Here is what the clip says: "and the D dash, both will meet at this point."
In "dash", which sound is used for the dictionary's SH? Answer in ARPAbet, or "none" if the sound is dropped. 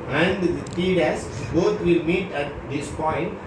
S